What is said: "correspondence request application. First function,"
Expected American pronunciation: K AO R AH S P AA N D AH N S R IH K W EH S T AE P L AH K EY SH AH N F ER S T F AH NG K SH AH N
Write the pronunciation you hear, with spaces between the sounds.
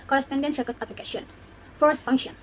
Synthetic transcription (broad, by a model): K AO R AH S P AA N D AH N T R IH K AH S AE P L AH K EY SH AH N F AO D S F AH NG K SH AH N